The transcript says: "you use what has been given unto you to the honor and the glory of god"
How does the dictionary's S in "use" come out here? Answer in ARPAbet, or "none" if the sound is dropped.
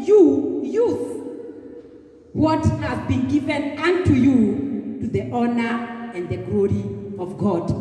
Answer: TH